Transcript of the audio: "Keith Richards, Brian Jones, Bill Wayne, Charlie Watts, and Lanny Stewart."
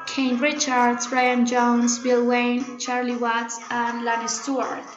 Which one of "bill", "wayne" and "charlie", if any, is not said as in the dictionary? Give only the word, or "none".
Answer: none